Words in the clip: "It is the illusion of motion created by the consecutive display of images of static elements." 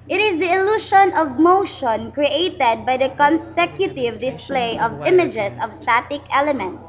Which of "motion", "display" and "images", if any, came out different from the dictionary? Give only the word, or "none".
images